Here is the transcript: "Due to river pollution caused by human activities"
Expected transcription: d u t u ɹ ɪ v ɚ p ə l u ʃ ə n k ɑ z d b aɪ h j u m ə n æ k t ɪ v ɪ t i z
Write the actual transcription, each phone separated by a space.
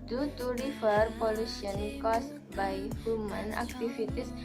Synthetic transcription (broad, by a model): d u t u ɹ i f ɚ p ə l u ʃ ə n k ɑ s b aɪ h j u m ə n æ k t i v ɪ t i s